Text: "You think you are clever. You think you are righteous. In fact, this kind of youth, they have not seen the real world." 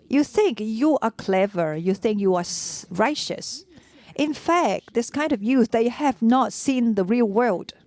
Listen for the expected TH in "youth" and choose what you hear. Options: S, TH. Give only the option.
S